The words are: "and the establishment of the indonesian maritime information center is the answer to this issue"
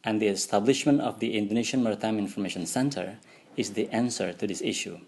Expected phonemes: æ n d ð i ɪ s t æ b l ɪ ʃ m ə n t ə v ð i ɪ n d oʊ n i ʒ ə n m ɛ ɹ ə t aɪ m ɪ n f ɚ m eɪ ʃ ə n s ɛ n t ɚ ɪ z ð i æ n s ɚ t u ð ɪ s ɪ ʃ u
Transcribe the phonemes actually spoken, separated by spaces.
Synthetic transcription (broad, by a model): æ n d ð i ɪ s t æ b l ɪ ʃ m ə n t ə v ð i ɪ n d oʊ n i ʃ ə n m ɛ ɹ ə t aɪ m ɪ n f ɚ m eɪ ʃ ə n s ɛ n t ɚ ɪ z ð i æ n s ɚ t u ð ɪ s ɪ ʃ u